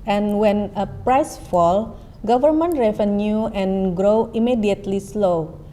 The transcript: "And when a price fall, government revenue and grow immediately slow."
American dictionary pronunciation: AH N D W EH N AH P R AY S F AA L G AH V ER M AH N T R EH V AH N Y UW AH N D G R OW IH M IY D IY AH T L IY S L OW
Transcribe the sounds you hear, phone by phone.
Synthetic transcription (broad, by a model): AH N W EH N AH P R AY S F AA L G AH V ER M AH N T R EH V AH N Y UW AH N G R OW IH M IY D IY AH T L IY S L OW